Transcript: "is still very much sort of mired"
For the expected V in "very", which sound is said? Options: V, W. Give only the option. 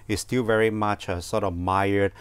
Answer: V